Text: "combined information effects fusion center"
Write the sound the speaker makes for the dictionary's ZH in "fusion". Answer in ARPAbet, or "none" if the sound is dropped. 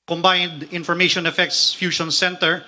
SH